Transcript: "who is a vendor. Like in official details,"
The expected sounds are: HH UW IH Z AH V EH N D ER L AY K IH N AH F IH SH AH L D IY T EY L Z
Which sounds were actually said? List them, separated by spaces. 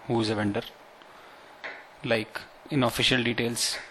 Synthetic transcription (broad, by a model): HH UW IH Z AH V EH N D ER L AY K IH N AH F IH SH AH L D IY T EY L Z